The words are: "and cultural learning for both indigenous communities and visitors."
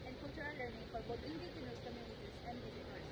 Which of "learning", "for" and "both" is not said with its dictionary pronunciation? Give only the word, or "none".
both